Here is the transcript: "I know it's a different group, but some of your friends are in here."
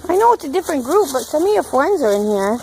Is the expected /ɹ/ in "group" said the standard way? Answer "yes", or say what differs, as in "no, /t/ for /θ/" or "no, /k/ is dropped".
yes